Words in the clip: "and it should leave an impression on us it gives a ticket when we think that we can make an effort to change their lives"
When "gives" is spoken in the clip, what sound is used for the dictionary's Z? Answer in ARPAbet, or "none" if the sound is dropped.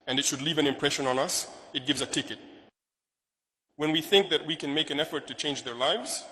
Z